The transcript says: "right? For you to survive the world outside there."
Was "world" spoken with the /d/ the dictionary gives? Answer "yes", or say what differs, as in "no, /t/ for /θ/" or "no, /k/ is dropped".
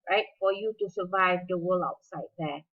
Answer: no, /d/ is dropped